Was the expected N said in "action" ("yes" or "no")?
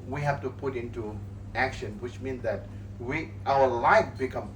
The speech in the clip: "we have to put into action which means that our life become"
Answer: yes